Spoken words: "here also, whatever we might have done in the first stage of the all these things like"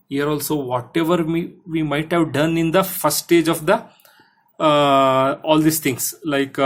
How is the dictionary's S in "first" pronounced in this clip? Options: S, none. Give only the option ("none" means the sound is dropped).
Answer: none